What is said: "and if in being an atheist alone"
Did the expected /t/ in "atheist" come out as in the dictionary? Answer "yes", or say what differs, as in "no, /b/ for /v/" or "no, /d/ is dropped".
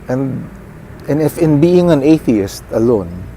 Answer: yes